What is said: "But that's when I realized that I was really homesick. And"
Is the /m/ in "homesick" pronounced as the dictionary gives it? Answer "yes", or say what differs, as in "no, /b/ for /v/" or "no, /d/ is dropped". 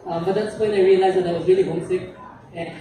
no, /m/ is dropped